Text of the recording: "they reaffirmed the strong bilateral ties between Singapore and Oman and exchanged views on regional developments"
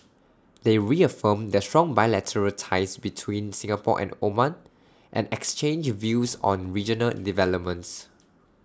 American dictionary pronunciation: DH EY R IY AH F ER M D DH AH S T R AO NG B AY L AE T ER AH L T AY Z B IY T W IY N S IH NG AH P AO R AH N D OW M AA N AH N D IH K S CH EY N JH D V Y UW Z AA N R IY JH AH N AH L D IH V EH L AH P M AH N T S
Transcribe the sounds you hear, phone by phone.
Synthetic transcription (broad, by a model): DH EY R IY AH F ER M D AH S T R AO NG B AY L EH T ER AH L T AY S B IY T W IY N S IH NG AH P AO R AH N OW M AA N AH N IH K S CH EY N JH V Y UW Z AA N R IY JH AH N AH L D IH V EH L AH P M AH N T S